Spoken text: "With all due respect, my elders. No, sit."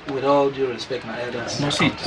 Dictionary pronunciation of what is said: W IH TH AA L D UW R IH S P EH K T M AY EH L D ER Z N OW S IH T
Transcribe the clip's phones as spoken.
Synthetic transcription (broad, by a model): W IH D AA L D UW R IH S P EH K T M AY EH D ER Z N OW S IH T